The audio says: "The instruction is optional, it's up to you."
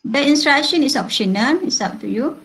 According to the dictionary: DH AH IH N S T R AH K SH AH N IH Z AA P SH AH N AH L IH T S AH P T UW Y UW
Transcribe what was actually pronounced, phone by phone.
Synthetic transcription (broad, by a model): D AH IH N S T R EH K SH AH N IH S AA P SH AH N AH N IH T S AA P T UW Y UW